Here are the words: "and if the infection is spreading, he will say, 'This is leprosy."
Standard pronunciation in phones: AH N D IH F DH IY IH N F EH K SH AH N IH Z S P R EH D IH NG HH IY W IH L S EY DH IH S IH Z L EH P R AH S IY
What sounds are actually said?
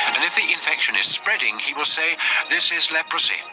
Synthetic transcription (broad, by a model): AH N IH F DH IY IH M F EH K SH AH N IH Z S P R EH D IH NG IY W IH L S EY DH IH S IH Z L EH P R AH S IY